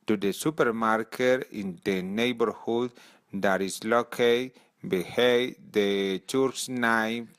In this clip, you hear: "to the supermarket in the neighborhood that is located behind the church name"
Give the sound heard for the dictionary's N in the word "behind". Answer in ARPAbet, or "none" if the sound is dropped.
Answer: none